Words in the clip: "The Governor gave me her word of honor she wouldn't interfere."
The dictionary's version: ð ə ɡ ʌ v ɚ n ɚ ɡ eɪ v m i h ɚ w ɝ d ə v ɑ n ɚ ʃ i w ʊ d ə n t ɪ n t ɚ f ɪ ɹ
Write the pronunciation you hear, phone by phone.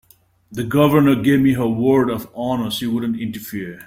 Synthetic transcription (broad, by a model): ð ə ɡ ʌ v ɚ n ɚ ɡ eɪ v m i h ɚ w ɝ d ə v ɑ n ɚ s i w ʊ d ə n t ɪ n t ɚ f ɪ ɹ